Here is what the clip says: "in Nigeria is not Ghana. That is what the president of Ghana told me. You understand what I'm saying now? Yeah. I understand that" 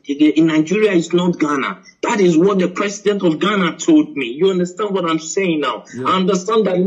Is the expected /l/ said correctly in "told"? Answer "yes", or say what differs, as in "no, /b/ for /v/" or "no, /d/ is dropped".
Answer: yes